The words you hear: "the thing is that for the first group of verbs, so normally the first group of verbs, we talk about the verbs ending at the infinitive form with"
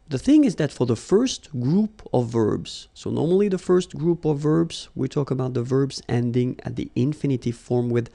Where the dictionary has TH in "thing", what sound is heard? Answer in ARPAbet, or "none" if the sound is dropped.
TH